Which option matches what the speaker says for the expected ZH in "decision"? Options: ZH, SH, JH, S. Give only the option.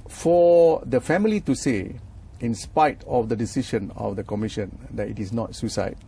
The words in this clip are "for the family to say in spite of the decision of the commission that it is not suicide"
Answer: SH